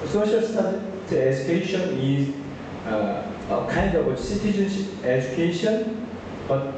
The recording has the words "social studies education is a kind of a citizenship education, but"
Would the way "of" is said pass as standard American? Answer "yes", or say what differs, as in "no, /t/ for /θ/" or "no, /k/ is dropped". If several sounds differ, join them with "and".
no, /w/ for /v/